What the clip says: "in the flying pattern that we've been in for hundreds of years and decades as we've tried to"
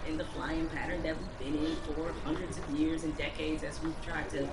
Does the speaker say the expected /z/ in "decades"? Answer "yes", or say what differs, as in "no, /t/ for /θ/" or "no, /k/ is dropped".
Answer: yes